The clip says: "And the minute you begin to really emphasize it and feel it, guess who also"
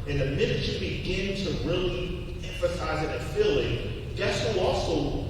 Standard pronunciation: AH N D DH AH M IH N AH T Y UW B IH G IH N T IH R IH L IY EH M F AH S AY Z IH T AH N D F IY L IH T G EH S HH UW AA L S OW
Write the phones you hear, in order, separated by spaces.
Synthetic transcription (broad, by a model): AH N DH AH M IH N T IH B IH G IH N T IH R IH L IY EH M F AH S AY Z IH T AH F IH L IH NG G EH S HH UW AA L S OW